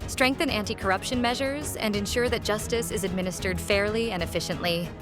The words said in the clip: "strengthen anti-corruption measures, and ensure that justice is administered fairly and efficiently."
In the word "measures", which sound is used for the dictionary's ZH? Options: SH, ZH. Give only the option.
ZH